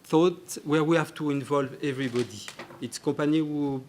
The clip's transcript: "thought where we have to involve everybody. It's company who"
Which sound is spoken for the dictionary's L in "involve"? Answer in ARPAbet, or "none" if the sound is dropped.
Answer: L